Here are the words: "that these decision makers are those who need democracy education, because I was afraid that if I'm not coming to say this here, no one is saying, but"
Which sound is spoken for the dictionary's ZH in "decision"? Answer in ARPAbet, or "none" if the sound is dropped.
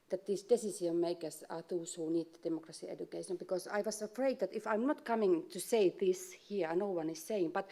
S